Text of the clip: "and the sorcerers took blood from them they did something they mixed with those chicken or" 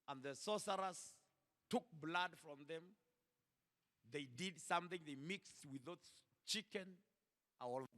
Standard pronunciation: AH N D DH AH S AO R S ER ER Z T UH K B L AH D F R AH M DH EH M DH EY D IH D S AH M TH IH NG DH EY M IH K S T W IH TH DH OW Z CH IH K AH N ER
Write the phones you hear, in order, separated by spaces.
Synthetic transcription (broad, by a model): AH N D DH AH S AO S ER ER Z T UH K B L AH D F R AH M DH EH M DH EY D IH D S AH M TH IH NG DH EY M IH K S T W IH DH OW S CH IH K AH N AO